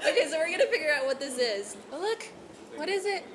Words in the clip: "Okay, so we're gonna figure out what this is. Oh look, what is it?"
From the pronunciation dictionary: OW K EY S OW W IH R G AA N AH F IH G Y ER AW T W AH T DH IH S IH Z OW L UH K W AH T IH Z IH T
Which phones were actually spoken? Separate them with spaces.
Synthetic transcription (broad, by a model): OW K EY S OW W IH R G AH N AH F IH G Y ER AW T W AH T DH IH S IH Z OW L UH K W AH T IH Z IH T